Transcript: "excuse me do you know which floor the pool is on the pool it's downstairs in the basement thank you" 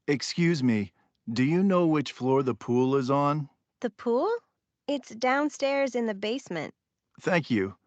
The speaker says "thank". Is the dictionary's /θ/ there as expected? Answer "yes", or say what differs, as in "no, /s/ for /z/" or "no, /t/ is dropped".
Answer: yes